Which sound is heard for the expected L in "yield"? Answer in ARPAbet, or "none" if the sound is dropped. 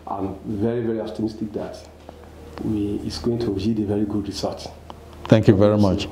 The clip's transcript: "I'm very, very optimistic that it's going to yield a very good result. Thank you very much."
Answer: none